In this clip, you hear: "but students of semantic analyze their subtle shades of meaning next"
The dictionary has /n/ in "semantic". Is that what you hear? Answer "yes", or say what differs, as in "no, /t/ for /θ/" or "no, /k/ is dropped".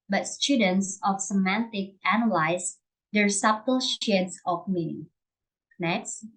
yes